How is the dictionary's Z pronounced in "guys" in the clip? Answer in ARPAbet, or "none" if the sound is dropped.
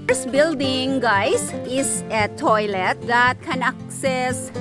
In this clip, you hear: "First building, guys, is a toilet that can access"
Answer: S